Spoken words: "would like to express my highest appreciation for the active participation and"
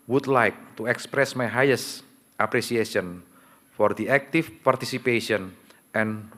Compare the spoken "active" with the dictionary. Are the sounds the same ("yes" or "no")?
no